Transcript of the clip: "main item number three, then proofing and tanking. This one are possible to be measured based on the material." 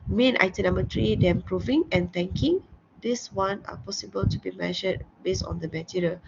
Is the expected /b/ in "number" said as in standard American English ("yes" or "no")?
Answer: no